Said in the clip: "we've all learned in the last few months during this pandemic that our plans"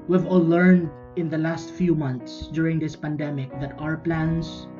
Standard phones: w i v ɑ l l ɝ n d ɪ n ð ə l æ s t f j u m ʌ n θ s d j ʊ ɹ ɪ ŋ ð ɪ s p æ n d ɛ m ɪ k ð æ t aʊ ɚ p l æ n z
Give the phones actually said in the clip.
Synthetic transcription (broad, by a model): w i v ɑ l l ɝ n d ɪ n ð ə l æ s t f j u m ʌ n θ s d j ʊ ɹ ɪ ŋ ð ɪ s p æ n d ɛ m ɪ k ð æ t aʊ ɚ p l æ n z